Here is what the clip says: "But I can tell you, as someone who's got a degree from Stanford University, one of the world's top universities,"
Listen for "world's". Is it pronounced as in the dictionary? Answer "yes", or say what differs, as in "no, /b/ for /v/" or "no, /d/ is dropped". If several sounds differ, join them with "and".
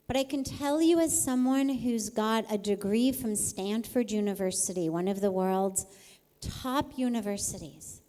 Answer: yes